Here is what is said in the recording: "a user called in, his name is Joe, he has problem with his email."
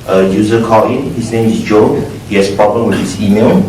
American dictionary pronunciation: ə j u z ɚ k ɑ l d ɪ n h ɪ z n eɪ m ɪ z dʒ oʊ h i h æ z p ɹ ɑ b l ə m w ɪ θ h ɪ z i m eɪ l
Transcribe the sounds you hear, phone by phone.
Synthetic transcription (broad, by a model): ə j u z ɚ k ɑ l ɪ n h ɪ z n eɪ m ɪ s dʒ oʊ h i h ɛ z p ɹ ɑ b l ə m w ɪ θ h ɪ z i m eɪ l